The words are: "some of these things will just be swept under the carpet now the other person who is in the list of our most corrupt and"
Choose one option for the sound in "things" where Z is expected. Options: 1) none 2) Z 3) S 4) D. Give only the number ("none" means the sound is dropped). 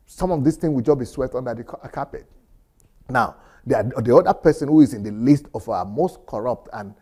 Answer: 1